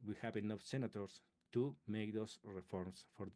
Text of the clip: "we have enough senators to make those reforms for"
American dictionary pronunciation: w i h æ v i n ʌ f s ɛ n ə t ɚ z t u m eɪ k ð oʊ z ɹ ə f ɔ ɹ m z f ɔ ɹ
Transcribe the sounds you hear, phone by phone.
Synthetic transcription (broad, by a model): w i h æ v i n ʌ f s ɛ n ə t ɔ s t u m eɪ k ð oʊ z ɹ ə f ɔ ɹ m s f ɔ ɹ